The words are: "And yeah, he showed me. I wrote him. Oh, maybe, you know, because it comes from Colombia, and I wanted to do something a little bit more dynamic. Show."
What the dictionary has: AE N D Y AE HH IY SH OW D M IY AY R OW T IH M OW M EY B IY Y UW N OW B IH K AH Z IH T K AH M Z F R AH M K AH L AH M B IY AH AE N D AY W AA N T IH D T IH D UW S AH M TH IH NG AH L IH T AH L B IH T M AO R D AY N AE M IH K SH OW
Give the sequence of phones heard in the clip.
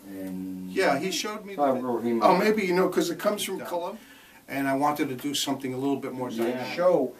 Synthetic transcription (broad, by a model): Y AE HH IY SH OW D M IY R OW IH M M EY B IY Y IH N OW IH K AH Z IH T K AH M Z F R AH M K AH L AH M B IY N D AY W AA N T IH D T IH D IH S AH M TH IH NG AH L IH T L B IH T M AO R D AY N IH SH OW